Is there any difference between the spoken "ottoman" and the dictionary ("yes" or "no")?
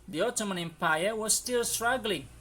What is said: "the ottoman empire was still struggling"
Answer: no